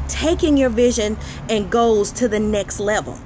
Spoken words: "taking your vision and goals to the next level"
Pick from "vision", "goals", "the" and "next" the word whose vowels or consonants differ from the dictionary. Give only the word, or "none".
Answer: goals